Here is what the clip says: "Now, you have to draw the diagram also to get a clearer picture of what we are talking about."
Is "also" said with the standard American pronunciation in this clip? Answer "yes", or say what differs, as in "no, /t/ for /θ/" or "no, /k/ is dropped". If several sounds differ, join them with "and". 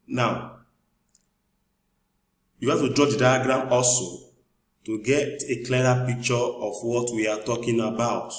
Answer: yes